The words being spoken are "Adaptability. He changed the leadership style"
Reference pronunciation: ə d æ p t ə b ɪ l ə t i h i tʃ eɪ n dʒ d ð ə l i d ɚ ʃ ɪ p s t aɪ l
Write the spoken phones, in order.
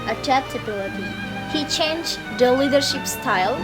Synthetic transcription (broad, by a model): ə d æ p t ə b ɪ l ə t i h i tʃ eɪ n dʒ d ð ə l i d ɚ ʃ ɪ p s t aɪ l